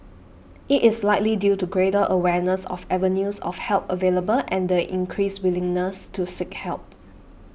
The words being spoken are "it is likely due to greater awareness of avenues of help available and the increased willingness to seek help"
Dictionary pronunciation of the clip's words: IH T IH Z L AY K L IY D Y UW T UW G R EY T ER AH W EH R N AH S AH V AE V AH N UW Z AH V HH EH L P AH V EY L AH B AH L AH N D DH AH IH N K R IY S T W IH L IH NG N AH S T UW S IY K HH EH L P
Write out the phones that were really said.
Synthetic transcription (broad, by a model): IH T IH S L AY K L IY D Y UW T UW G R EY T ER AH W EH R N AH S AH F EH V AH N UW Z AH F HH EH L P AH V EY L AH B AH L AH N D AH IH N K R IY S W IH L IH NG N AH S T UW S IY K HH EH L P